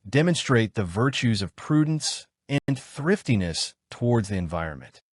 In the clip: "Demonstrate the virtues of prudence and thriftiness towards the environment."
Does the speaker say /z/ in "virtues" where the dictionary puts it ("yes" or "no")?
yes